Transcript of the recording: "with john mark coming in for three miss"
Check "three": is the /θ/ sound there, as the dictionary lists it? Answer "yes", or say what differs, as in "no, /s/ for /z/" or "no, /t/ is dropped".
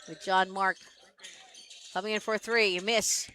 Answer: yes